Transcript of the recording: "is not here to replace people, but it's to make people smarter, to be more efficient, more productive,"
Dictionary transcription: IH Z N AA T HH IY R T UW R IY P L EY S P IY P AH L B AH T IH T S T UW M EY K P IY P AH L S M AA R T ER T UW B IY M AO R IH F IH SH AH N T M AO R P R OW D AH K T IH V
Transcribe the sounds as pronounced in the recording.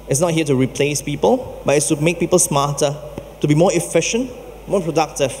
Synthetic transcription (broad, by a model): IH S N AA T HH IY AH T UW R IY P L EY S P IY P AH L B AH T IH T S T UW M EY K P IY P AH L S M AA T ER T UW B IY M AO IH F IH SH AH N T M AO P R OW D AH K T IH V